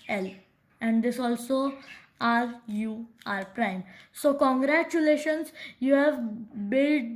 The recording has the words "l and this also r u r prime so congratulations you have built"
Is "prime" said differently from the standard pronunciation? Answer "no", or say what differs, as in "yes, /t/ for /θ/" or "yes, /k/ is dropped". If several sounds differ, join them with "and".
no